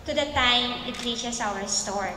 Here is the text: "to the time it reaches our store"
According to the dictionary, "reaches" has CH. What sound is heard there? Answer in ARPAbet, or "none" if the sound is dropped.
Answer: SH